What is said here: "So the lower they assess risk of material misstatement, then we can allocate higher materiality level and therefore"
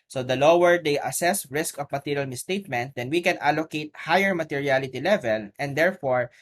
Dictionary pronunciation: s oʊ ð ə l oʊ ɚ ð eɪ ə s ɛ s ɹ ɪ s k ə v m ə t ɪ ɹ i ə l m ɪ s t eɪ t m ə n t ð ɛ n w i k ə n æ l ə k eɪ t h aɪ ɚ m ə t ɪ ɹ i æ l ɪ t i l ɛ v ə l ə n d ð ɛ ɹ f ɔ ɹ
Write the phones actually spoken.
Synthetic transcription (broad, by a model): s oʊ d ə l oʊ ɚ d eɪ ə s ɛ s ɹ ɪ s k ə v m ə t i ɹ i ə l m ɪ s t eɪ t m ə n t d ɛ n w i k ə n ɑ l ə k eɪ t h aɪ ɚ m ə t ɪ ɹ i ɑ l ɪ t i l ɛ v ə l ə n d ɛ ɹ f ɔ ɹ